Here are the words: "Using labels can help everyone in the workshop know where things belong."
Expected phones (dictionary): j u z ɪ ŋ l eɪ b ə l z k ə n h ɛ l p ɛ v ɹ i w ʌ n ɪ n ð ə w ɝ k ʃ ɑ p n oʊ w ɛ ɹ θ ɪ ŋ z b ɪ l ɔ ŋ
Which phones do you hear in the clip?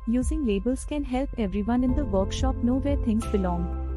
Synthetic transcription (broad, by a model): j u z ɪ ŋ l eɪ b ə l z k ə n h ɛ l p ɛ v ɹ i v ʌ n ɪ n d ə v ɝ k ʃ ɑ p n oʊ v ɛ ɹ t ɪ ŋ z b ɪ l ɔ ŋ